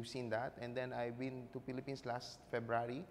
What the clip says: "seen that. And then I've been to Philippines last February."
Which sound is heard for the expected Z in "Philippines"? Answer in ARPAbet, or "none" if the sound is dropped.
S